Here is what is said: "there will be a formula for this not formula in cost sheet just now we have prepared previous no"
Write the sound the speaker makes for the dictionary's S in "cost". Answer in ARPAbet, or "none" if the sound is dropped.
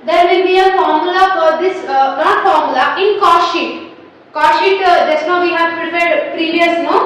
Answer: SH